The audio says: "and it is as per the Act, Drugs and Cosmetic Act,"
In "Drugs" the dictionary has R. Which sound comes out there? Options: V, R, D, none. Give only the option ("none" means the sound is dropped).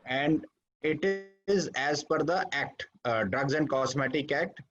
R